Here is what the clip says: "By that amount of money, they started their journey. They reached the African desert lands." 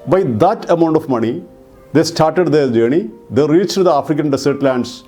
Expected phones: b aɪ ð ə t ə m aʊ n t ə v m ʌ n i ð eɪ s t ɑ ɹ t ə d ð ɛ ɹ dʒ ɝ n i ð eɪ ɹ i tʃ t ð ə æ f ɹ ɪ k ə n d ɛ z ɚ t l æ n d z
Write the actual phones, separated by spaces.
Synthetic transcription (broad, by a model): b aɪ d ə t ə m aʊ n t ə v m ʌ n i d eɪ s t ɑ ɹ t ə d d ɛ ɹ dʒ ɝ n i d eɪ ɹ i tʃ t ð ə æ f ɹ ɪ k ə n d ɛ s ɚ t l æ n d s